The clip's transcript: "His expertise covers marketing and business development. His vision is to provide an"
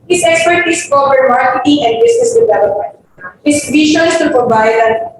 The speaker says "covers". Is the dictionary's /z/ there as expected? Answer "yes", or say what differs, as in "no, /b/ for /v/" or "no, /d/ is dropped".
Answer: no, /z/ is dropped